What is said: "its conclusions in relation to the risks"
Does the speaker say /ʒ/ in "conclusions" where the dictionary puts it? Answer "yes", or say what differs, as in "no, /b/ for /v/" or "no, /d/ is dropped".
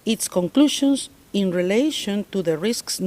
no, /ʃ/ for /ʒ/